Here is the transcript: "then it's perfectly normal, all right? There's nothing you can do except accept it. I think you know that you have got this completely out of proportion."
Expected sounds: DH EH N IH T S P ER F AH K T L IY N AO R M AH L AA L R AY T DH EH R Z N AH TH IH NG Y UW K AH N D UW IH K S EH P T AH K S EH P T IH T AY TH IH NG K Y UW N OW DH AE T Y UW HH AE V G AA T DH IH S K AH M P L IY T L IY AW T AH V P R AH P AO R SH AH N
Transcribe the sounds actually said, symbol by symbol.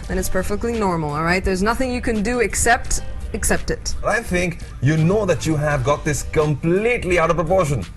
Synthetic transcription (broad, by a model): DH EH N IH T S P ER F AH K T L IY N AO R M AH L AA L R AY T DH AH R Z N AH TH IH NG Y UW K AH N D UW IH K S EH P T AH K S EH P T IH T AY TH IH NG K Y UW N OW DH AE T Y UW HH AE V G AA T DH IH S K AH M P L IY T L IY AW T AH V P R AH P AO R SH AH N